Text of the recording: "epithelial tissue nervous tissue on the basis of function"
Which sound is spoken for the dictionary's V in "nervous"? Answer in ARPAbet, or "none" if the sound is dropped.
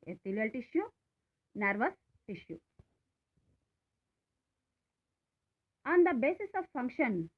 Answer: V